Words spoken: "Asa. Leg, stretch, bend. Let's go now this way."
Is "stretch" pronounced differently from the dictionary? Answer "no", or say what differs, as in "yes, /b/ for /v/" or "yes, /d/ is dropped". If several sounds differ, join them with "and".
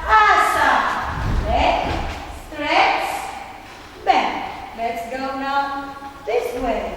yes, /s/ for /tʃ/